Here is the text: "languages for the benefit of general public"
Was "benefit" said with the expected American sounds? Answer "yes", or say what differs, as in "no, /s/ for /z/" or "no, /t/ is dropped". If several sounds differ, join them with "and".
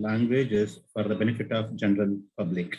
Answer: yes